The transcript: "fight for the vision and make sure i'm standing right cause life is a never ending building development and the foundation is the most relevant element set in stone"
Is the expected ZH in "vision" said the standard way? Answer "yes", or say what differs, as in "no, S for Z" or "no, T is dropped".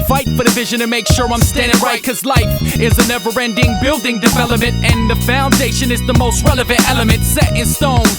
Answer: yes